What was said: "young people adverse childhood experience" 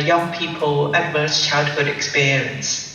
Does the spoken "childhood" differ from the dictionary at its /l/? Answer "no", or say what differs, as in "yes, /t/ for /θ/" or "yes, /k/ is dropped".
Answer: no